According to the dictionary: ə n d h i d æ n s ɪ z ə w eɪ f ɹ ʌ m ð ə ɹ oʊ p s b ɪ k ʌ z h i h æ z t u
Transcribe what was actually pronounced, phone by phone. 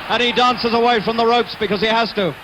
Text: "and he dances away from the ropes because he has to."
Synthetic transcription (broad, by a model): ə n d i d æ n s ɪ z ə w eɪ f ɹ ʌ m ð ə ɹ oʊ p s b ɪ k ʌ z i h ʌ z t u